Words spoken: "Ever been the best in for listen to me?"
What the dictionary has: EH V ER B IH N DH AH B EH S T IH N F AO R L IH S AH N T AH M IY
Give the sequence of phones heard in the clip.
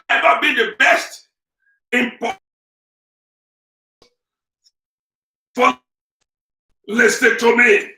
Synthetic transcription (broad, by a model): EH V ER B IH N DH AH B EH S T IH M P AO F L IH S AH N T AH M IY